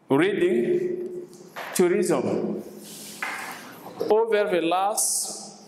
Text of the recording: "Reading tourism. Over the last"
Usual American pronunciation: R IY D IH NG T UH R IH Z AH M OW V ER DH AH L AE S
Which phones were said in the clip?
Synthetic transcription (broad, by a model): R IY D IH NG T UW R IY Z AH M OW V ER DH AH L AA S